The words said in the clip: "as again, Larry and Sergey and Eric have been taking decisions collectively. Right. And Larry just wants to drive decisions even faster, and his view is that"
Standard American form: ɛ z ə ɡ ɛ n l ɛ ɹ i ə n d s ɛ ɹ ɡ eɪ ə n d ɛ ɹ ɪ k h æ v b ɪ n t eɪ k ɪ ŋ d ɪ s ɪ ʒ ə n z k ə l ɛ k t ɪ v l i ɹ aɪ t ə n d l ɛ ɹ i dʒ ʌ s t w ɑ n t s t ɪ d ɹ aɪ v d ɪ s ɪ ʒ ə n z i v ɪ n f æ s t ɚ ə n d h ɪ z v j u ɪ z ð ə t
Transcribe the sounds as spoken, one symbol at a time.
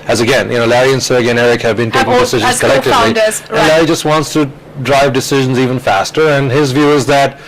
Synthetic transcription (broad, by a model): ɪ z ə ɡ ɛ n l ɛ ɹ i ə n s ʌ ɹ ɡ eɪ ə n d ɛ ɹ ɪ k h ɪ v b ɪ n t eɪ k ɪ ŋ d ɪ s ɪ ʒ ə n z k ə l ɛ k t ɪ v l i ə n l ɛ ɹ i dʒ ʌ s t w ɑ n t s t ɪ d ɹ aɪ v d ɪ s ɪ ʒ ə n z i v ɪ n f æ s t ɚ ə n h ɪ z v j u ɪ z ð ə t